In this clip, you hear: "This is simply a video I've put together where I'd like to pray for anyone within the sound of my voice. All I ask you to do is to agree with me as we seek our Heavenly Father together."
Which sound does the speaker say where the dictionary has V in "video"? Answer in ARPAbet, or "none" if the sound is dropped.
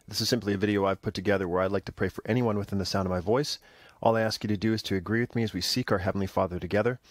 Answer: V